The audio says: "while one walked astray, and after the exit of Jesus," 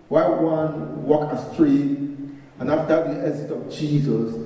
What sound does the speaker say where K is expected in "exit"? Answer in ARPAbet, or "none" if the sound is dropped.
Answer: none